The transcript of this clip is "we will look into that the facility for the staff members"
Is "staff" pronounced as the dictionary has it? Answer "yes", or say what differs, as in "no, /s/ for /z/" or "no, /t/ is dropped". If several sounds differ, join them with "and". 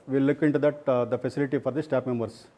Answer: no, /p/ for /f/